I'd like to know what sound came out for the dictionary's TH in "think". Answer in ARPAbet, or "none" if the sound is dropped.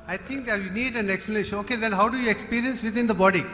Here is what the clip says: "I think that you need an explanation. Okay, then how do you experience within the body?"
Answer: T